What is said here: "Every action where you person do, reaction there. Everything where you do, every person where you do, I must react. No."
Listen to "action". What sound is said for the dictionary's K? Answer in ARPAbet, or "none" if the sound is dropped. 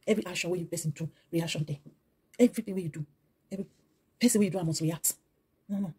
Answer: none